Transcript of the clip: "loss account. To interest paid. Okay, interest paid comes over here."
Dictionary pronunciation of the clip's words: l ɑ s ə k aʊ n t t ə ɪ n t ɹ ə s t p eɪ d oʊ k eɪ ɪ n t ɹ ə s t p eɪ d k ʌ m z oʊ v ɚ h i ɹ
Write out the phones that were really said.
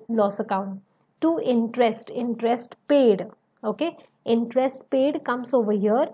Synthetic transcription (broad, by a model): l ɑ s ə k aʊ n t t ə ɪ n t ɹ ə s t p eɪ d oʊ k eɪ ɪ n t ɹ ə s t p eɪ d k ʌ m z oʊ v ɚ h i ɹ